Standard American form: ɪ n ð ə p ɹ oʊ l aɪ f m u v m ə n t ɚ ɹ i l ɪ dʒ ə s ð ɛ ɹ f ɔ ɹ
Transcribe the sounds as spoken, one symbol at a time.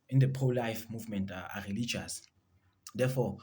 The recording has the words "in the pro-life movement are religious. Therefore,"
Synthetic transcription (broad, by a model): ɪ n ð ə p oʊ l aɪ f m u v m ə n t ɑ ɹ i l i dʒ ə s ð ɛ f ɔ